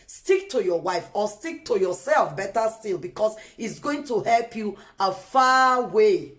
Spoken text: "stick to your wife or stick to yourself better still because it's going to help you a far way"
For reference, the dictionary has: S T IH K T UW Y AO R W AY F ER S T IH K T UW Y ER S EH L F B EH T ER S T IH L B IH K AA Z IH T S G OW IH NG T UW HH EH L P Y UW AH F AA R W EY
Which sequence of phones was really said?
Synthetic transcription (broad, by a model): S T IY K T UW Y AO W AY F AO S T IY K T UW Y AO S EH L F B EH T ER S T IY L B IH K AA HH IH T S G OW IH NG T UW HH EH L P Y UW AH F AA W EY